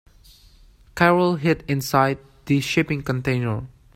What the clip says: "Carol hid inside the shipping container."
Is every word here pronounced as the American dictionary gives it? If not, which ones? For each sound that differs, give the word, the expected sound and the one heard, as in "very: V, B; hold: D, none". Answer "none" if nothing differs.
none